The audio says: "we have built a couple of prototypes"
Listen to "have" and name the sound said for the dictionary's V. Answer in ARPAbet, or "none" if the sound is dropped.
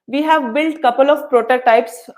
V